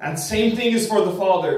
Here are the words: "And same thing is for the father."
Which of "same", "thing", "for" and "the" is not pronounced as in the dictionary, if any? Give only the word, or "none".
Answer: none